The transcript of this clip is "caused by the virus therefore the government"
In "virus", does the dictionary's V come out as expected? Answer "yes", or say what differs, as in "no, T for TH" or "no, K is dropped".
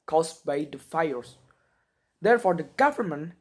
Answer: no, F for V